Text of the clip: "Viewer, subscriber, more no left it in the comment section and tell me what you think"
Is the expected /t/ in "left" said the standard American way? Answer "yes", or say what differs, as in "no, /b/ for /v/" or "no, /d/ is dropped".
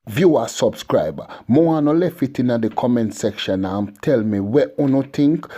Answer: no, /t/ is dropped